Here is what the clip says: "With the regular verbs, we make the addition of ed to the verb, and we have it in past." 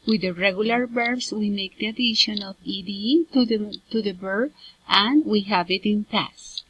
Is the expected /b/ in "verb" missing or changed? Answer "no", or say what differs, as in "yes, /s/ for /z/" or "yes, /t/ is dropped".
yes, /b/ is dropped